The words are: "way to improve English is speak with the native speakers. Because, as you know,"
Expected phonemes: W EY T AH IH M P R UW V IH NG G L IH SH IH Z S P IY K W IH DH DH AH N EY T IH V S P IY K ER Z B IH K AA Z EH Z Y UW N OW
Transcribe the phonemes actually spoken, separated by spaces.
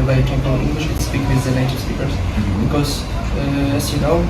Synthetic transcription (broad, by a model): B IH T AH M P AH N IH NG G L IH SH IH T S P IY K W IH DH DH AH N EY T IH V S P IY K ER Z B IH K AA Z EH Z Y UW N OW